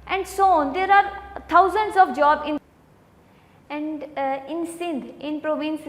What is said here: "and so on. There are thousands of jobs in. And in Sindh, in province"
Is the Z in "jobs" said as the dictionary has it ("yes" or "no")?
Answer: no